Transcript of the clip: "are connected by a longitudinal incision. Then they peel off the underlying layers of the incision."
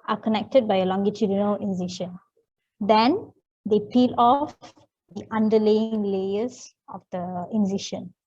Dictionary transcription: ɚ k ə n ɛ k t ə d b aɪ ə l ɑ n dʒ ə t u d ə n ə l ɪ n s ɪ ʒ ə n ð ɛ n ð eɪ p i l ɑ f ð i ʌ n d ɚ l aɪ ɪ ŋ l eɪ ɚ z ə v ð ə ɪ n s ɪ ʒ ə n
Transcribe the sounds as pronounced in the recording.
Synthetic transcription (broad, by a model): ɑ k ə n ɛ k t ə d b aɪ ə l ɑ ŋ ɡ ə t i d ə n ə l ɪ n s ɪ ʃ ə n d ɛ n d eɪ p i l ɑ f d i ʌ n d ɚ l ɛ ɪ ŋ l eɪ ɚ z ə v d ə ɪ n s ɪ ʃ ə n